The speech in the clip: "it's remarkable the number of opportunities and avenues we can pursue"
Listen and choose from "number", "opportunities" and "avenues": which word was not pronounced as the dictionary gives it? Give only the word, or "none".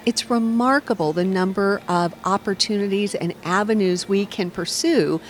none